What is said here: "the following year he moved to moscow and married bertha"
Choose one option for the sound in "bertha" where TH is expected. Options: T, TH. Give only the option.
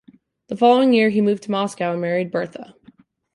TH